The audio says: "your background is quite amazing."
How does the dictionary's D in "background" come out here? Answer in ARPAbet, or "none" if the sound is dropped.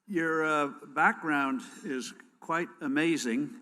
D